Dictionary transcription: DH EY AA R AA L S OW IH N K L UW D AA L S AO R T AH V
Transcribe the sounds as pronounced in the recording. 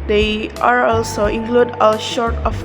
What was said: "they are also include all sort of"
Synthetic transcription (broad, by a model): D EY AA R AA L S OW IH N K L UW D AA L SH AO R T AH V